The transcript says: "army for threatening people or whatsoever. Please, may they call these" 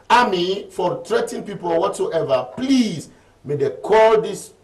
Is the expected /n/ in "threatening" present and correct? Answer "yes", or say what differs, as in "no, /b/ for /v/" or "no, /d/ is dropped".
no, /n/ is dropped